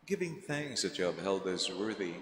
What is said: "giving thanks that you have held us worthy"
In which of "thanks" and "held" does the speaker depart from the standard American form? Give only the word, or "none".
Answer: none